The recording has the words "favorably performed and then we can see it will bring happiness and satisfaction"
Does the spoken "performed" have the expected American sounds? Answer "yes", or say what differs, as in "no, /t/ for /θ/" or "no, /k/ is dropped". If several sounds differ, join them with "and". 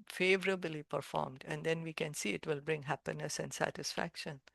yes